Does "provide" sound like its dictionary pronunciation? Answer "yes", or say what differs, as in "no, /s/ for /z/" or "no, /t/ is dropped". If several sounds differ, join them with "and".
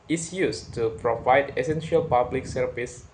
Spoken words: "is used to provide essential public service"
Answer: yes